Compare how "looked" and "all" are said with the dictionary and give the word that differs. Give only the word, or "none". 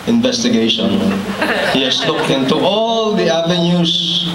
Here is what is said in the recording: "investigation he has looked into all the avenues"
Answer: looked